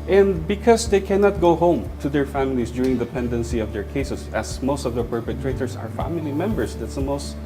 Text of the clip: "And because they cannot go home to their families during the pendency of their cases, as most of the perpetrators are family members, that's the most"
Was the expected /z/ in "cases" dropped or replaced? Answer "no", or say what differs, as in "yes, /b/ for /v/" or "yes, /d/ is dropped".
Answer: yes, /s/ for /z/